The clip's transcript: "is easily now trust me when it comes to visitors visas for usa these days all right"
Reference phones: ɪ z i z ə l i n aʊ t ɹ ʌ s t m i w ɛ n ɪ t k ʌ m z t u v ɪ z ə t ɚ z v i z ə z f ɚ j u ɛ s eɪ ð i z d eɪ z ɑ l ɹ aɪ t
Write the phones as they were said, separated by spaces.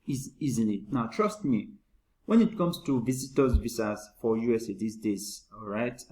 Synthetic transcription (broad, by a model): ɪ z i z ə n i n aʊ t ɹ ʌ s t m i w ɛ n ɪ t k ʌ m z t u v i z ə t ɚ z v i s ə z f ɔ j u ɛ s eɪ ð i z d eɪ z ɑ ɹ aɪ t